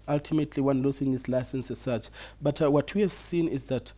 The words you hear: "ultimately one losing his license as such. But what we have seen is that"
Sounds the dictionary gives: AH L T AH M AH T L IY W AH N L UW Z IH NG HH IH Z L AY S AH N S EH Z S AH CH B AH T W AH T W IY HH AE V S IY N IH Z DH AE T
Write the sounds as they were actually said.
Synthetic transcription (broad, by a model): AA L T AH M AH T L IY W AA N L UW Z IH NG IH S L AY S AH N S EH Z S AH CH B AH T W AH T W IY HH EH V S IY N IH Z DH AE T